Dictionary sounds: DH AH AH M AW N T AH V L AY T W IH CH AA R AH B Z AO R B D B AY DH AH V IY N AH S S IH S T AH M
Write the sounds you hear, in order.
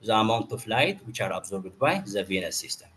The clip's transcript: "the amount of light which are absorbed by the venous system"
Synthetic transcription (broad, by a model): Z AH AH M AW N T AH F L AY T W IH CH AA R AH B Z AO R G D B AY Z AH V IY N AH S S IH S T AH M